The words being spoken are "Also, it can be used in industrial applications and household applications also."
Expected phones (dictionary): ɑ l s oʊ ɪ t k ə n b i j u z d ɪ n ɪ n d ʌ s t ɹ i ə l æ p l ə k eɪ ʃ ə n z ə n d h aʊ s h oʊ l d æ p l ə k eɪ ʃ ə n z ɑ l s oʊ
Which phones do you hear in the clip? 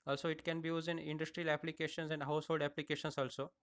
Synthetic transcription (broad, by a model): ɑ l s oʊ ɪ t k ə n b i j u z ɪ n ɪ n d ʌ s t ɹ i ə l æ p l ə k eɪ ʃ ə n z ə n d h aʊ s h oʊ l d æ p l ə k eɪ ʃ ə n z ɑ l s oʊ